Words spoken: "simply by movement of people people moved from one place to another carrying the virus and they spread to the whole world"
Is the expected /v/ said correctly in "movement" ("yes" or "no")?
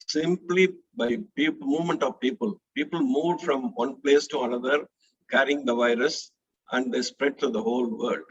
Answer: yes